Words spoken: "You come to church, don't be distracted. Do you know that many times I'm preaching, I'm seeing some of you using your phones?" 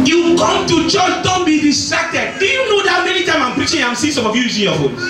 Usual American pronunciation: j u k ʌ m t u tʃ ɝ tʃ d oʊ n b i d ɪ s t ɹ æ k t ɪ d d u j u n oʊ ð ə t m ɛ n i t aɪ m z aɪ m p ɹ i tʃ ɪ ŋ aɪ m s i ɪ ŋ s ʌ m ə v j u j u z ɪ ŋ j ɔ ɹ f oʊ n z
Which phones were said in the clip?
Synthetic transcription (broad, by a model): j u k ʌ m t u tʃ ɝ tʃ d oʊ n b i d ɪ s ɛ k t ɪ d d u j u n oʊ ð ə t m ɛ n i t aɪ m aɪ m p ɹ i tʃ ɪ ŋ aɪ m s i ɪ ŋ s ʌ m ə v j u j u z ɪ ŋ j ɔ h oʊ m